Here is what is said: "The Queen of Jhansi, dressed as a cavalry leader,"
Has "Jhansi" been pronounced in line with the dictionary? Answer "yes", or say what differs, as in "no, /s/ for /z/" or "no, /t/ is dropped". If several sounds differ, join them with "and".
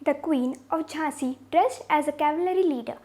no, /n/ is dropped